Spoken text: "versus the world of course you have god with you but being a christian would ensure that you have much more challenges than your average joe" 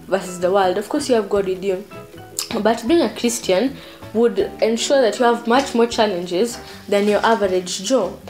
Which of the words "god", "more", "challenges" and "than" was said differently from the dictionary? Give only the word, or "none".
none